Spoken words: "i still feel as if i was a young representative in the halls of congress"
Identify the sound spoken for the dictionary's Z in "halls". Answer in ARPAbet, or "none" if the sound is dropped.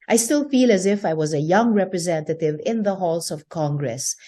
S